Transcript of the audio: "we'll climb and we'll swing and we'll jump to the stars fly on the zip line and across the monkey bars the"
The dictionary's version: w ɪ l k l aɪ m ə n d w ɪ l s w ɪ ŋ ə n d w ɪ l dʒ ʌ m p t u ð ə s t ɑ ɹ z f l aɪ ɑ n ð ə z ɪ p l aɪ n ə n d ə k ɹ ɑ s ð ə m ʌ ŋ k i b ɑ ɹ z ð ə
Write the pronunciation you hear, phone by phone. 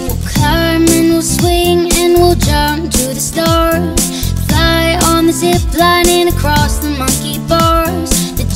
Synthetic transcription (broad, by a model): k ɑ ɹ m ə n w ɪ l s w ɪ ŋ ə n w ɪ l dʒ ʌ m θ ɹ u ð ə s t ɑ ɹ z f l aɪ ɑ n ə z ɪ b l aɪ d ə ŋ ə k ɹ ɑ s ð ə m ʌ ŋ k i b ɑ ɹ z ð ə